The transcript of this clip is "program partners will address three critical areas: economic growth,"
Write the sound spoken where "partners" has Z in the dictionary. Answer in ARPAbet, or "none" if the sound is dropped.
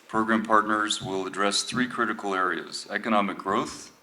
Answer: Z